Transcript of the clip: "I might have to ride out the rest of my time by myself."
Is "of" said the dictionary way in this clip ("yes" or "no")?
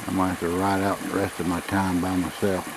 yes